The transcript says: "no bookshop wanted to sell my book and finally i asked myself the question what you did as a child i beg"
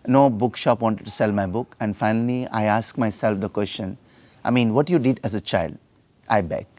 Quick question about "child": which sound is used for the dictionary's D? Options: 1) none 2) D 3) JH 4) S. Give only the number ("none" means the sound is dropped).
2